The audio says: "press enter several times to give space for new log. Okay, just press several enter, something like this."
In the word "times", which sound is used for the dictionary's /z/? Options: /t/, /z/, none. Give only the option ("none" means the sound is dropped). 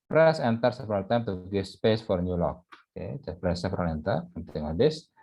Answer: none